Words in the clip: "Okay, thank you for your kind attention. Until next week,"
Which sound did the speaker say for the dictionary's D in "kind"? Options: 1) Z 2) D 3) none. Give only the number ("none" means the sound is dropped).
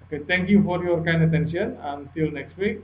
2